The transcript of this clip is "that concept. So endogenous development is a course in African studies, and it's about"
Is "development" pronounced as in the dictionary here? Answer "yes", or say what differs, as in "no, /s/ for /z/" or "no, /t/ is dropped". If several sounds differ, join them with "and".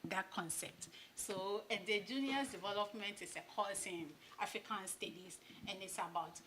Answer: yes